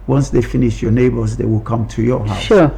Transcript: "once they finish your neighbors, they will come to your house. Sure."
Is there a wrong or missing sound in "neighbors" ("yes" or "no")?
no